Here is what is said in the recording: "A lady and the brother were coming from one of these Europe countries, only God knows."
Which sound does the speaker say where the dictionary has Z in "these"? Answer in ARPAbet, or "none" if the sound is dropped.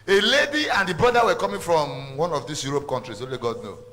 S